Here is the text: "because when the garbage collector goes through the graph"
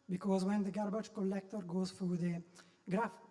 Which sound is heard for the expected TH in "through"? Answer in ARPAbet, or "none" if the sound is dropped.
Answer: F